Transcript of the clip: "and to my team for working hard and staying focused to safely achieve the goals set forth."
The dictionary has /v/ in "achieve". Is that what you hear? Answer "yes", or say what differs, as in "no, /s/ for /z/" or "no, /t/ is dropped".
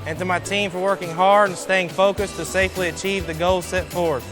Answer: yes